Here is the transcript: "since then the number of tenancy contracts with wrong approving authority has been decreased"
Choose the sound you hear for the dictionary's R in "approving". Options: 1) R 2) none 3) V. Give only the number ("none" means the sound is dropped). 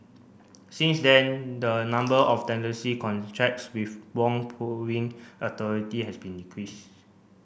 2